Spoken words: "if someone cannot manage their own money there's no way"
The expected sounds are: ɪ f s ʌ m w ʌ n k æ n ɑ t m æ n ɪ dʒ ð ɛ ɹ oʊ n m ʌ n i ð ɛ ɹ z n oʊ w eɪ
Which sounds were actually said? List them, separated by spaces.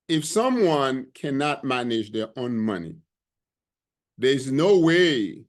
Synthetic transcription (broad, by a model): ɪ f s ʌ m w ʌ n k æ n ɑ t m æ n ɪ dʒ ð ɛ ɹ oʊ n m ʌ n i ð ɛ ɹ z n oʊ w eɪ